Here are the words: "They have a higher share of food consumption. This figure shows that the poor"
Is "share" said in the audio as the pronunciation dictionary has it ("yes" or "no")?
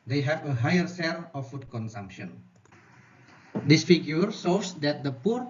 no